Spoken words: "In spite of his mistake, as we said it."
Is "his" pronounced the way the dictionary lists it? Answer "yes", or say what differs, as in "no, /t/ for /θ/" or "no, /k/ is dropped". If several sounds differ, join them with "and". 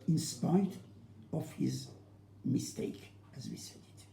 yes